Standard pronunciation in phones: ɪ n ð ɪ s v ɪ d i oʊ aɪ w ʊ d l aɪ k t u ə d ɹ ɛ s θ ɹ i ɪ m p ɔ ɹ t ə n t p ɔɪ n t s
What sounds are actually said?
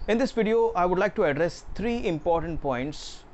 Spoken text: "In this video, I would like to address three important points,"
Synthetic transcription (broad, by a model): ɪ n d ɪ s v ɪ d i oʊ aɪ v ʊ d l aɪ k t u ə d ɹ ɛ s t ɹ i ɪ m p ɔ ɹ t ə n t p ɔɪ n t s